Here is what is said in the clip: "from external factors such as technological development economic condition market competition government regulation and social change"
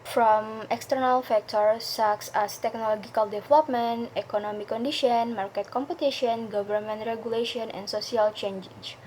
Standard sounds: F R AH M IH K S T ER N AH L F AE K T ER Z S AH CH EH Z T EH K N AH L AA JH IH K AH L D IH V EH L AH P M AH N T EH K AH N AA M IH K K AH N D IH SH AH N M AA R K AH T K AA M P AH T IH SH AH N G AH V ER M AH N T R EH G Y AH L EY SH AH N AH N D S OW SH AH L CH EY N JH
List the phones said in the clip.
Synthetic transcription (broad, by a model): F R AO M IH K S T ER N AH L F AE K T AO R S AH S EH S T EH K N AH L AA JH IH K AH L D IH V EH L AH P M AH N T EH K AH N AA M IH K K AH N D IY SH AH N M AA R K AH T K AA M P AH T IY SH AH N G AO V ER M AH N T R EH G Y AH L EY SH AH N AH N S OW S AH L CH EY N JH